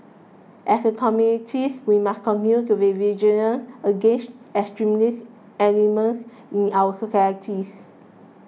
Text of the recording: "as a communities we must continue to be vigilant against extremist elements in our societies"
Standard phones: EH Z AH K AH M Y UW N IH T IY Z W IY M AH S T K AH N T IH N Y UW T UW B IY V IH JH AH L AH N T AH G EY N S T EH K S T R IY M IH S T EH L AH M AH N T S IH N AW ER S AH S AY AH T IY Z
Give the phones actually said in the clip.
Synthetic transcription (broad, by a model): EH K AH K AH M Y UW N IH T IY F W IY M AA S K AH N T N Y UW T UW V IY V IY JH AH N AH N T AH G EY N S T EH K S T R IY M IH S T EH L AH M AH N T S IH N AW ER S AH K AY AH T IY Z